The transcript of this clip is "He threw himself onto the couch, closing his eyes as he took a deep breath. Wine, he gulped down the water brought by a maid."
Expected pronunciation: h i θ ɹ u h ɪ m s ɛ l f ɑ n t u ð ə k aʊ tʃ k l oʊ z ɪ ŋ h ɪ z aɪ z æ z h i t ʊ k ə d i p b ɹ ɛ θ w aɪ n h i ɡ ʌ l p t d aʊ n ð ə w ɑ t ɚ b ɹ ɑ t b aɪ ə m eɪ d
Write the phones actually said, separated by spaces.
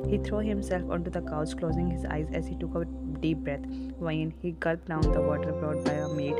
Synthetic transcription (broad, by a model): h i t ɹ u h ɪ m s ɛ l f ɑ n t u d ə k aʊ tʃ k l oʊ z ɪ ŋ h ɪ z aɪ z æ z h i t ʊ k ə d i p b ɹ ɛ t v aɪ n h i ɡ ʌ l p d aʊ n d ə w ɑ t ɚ b ɹ ɑ t b aɪ ə m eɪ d